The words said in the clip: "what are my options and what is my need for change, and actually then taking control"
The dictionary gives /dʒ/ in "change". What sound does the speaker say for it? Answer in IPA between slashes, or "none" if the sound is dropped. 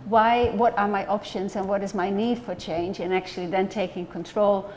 /dʒ/